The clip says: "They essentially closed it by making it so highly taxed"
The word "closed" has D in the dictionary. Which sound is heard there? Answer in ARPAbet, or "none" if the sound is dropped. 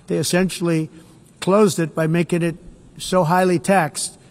D